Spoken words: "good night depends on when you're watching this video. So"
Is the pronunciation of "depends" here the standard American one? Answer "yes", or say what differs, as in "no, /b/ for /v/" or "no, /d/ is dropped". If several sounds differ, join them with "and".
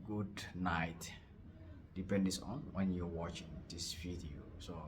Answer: no, /s/ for /z/